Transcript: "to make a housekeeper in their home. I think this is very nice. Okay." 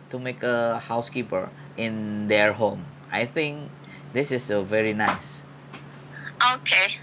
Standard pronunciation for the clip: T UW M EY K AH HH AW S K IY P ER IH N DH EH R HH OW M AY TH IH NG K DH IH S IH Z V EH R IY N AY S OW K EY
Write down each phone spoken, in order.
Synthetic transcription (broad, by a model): T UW M EY K AH HH AW S K IY P ER IH N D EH R HH OW M AY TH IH NG K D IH S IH S V EH R IY N AY S OW K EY